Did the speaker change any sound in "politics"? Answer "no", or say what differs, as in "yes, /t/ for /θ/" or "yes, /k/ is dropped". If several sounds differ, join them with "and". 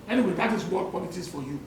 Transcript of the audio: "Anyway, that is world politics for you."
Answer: yes, /k/ is dropped